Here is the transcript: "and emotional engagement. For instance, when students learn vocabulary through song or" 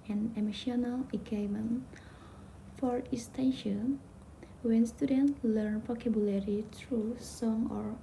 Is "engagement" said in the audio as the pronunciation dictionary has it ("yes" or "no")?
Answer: no